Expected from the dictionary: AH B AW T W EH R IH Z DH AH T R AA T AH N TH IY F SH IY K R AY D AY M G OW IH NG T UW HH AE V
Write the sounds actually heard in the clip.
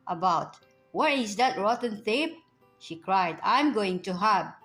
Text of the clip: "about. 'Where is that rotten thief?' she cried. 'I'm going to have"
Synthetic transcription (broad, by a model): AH B AW T W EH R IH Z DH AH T R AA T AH N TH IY P SH IY K R AY D AY M G OW IH NG T UW HH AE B